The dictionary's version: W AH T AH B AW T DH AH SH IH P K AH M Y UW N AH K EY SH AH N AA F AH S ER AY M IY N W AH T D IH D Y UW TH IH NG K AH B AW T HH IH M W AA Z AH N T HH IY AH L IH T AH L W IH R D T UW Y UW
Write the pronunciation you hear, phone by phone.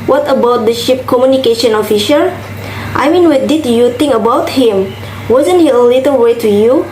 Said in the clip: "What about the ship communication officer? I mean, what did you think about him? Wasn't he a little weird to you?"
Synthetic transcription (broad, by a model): W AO T AH B AW T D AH SH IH P K AH M Y UW N AH K EY SH AH N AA F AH SH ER AY M IY N W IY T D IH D Y UW T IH NG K AH B AW T HH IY M W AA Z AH N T HH IY AH L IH T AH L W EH T UW Y UW